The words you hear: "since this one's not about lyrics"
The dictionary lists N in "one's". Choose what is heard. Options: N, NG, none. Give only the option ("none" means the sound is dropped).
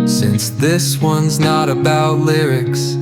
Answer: N